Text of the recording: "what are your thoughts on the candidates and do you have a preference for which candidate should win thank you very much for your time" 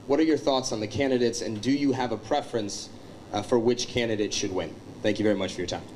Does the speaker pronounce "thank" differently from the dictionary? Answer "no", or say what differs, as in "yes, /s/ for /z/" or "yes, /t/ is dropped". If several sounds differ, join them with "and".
no